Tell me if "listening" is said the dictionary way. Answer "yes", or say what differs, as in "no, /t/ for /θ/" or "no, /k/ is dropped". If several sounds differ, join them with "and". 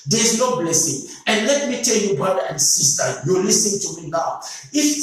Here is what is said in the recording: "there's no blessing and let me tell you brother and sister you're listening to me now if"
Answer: no, /n/ is dropped